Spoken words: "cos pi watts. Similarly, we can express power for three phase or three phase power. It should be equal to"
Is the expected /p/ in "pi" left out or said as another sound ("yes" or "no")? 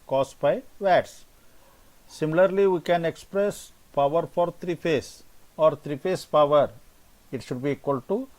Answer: yes